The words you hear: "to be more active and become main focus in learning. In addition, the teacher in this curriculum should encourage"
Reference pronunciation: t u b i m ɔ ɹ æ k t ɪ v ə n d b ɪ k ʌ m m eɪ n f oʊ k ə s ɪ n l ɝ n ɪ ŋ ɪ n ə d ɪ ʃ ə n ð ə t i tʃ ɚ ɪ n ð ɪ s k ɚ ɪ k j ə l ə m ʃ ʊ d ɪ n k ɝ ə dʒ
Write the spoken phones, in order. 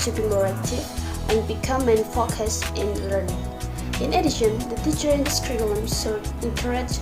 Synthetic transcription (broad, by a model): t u b i m ɔ ɹ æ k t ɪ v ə n b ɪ k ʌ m m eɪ n f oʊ k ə s ɪ n l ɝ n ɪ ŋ ɪ n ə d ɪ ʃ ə n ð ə t i tʃ ɚ ɪ n s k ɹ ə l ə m s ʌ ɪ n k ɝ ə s